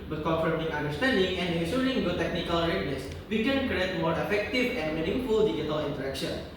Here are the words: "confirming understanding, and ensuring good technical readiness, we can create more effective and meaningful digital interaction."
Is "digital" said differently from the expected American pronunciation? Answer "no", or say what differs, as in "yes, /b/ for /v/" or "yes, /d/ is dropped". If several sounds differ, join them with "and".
yes, /dʒ/ is dropped